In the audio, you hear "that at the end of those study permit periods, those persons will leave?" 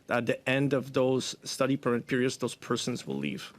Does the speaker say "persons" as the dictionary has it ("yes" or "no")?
yes